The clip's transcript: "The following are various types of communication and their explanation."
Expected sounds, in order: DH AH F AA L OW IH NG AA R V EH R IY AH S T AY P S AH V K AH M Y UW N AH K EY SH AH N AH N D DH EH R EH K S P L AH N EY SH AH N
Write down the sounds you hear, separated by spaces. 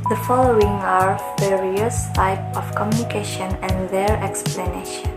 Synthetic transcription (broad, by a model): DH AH F AA L OW IH NG AA R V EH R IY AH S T AY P AH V K AH M Y UW N AH K EY SH AH N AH N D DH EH R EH K S P L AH N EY SH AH N